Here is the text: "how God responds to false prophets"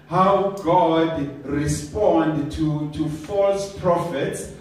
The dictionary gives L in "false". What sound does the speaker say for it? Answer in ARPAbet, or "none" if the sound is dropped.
L